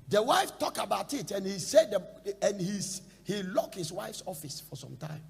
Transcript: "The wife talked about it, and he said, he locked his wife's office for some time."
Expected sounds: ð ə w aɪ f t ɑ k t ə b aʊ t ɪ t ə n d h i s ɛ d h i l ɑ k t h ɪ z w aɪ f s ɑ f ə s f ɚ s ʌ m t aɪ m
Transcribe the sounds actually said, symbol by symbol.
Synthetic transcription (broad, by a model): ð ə w aɪ f t ɑ k ə b aʊ t ɪ t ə n h i s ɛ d h i l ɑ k h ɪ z w aɪ f s ɑ f ə s f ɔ s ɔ m t aɪ m